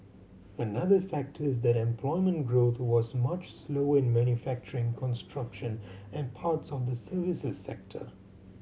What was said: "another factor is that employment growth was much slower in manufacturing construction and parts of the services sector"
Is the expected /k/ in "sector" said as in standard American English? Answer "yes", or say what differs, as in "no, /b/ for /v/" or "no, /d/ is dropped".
yes